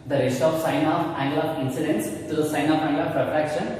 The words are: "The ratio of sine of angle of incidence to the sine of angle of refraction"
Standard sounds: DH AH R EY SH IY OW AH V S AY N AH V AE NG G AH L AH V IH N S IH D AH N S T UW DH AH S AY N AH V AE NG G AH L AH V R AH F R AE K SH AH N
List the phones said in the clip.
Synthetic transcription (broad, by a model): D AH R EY S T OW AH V S AY N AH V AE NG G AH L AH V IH N S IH D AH N S T UW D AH S AY N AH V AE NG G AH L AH P R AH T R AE K SH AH N